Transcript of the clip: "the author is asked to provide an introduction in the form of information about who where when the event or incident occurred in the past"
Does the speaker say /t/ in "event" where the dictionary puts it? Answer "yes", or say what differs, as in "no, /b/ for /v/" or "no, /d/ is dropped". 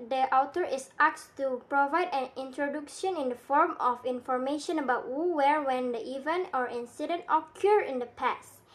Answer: no, /t/ is dropped